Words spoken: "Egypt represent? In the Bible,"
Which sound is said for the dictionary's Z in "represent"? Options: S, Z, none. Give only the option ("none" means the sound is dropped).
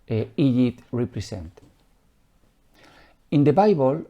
S